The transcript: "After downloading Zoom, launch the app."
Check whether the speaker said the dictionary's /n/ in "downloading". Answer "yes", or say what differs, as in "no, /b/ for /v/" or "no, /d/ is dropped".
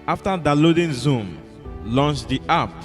no, /n/ is dropped